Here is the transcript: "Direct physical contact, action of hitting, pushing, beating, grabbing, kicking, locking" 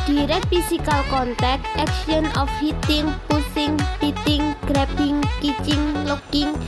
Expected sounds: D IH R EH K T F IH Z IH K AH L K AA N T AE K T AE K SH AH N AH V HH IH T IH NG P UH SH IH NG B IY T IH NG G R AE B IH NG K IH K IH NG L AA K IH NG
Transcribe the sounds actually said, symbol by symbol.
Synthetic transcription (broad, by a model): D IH R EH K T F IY S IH K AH L K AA N T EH K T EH K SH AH N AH F HH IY T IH NG P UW S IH NG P IY T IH NG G R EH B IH NG K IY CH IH NG L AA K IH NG